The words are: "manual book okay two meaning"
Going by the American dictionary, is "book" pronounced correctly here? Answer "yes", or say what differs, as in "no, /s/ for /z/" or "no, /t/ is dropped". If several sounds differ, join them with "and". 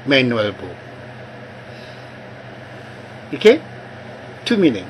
no, /k/ is dropped